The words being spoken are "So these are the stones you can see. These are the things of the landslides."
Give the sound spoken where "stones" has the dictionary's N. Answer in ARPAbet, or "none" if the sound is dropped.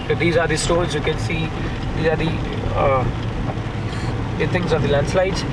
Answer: L